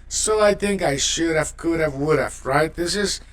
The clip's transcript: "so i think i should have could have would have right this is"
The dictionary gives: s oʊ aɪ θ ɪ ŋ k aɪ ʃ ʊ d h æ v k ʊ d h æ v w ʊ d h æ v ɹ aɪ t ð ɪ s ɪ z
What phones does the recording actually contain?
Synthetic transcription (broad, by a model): s oʊ aɪ θ ɪ ŋ k aɪ ʃ ʊ d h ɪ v k ʊ d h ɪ v w ʊ d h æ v ɹ aɪ t ð ɪ s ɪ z